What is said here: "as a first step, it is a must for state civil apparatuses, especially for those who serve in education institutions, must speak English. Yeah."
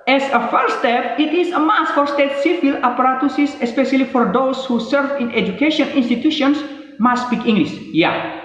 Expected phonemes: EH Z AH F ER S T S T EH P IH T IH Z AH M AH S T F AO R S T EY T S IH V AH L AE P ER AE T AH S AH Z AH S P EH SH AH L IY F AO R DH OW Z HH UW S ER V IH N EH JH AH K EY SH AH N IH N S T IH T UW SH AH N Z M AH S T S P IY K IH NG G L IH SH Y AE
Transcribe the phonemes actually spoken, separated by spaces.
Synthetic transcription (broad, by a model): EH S AH F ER T S T EH P IH T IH S AH M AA S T F AO R S T EY T S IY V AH L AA P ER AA T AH S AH S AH S P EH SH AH L IY F AO R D OW S HH UW S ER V IH N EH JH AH K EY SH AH N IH N S T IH T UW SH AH N S M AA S S P IY K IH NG G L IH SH Y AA